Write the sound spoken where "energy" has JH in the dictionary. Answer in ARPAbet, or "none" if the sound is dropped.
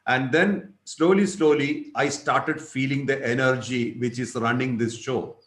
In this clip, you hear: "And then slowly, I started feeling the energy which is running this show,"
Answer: JH